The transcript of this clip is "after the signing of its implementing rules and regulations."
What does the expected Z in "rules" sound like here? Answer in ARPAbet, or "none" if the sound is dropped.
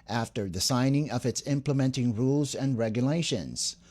Z